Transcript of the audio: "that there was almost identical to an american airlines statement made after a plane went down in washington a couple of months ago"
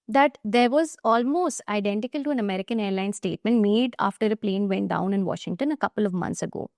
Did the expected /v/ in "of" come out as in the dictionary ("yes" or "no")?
yes